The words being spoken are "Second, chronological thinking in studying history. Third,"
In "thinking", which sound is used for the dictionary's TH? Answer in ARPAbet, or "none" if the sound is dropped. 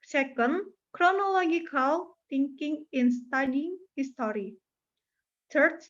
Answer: T